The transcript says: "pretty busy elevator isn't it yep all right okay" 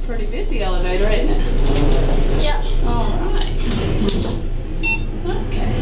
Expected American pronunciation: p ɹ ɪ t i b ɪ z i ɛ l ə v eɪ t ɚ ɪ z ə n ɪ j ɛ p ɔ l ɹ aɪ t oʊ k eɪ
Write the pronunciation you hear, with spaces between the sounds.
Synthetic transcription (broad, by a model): p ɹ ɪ t i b ɪ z i ɛ l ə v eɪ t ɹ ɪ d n ɪ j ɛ ɔ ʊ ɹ aɪ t oʊ k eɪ